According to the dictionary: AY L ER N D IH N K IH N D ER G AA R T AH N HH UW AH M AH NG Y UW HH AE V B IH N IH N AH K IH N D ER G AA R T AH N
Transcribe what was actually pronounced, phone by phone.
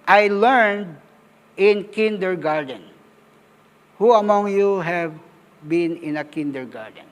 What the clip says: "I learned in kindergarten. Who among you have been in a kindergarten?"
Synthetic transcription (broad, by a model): AY L ER N D IH N K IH N D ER G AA R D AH N HH UW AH M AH NG Y UW HH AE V B IH N IH N AH K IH N D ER G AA R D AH N